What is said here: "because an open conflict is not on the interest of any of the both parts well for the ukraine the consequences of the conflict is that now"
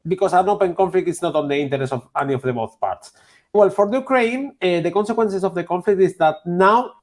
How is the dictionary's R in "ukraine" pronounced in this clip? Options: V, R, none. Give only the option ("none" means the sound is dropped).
R